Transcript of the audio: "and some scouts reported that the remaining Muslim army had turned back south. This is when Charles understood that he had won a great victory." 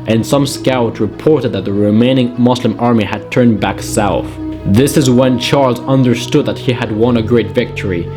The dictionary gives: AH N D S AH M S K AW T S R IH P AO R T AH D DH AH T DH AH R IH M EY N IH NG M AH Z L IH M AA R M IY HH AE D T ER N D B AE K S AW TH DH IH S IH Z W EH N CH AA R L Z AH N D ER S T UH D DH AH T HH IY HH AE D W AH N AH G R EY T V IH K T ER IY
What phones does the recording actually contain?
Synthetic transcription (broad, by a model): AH N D S AH M S K AW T R IH P AO R T AH D DH AH T DH AH R IH M EY N IH NG M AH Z L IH M AA R M IY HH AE D T ER N B AE K S AW TH DH IH S IH Z W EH N CH AA R L Z AH N D ER S T UH D DH AH T HH IY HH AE D W AH N AH G R EY T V IH K T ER IY